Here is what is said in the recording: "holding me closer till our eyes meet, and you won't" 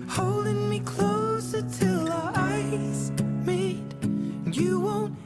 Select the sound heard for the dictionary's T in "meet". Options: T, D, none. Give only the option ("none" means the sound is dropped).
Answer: none